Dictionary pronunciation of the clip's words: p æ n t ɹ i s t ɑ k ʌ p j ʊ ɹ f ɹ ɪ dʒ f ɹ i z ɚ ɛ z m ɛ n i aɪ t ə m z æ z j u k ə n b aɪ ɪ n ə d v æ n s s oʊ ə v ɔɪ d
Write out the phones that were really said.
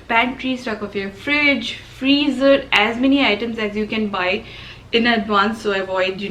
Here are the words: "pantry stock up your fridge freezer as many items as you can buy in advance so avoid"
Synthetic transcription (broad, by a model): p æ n t ɹ i s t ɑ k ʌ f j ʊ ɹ f ɹ ɪ dʒ f ɹ i z ɚ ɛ z m ɛ n i aɪ t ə m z æ z j u k ə n b aɪ ɪ n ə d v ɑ n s s oʊ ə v ɔɪ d